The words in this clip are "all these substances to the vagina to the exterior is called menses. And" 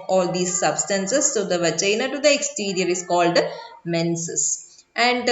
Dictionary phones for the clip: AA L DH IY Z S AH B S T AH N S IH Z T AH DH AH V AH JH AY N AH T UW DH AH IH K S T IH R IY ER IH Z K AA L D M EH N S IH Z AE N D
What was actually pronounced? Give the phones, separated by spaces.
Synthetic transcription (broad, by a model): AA L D IY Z S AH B S T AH N S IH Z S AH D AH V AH CH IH N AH T UW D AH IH K S T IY R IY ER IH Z K AA L D M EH N S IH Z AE N D